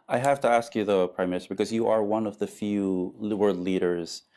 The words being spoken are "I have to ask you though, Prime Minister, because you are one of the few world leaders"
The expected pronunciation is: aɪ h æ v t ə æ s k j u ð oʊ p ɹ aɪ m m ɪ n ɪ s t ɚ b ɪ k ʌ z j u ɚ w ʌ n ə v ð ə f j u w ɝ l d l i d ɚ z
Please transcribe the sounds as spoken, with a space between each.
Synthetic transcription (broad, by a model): aɪ h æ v t ə æ s k j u ð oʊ p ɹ aɪ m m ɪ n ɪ s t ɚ b ɪ k ʌ z j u ɚ w ʌ n ə v ð ə f j u w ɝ d l i d ɚ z